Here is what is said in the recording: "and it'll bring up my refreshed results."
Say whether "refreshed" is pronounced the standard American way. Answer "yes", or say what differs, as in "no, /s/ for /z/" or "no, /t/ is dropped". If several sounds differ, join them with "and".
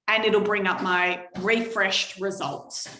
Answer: yes